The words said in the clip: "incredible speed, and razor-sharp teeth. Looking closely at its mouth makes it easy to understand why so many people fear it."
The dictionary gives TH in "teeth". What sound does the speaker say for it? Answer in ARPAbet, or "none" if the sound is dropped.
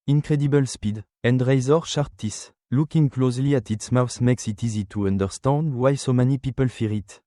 S